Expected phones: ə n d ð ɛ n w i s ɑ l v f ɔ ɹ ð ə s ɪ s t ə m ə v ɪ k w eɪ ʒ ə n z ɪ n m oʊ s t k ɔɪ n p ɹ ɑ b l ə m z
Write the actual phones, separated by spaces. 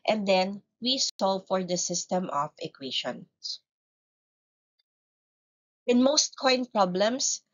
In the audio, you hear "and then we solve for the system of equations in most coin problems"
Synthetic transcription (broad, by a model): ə n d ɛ n w i s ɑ l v f ɔ ɹ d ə s ɪ s t ə m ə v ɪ k w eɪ ʃ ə n ɪ n m oʊ s t k ɔɪ n p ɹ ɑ b l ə m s